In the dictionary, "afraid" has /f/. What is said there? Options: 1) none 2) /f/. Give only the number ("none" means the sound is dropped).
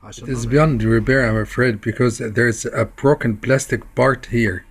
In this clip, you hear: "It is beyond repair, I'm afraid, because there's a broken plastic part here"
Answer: 2